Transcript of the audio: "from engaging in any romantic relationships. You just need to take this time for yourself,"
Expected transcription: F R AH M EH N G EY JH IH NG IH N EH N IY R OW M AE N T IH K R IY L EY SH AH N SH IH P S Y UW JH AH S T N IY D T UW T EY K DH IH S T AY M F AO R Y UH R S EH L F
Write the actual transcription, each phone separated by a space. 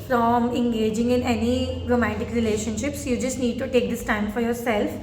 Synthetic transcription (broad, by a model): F R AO M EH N G EY JH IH NG IH N EH N IY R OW M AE T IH K R IY L EY SH AH N SH IH P S Y UW JH AH S T N IY D T UW T EY K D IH S T AY M F AO R Y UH R S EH L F